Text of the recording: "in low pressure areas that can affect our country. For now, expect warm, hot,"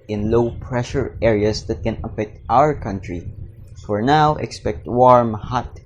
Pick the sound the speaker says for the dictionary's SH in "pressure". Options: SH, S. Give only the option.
SH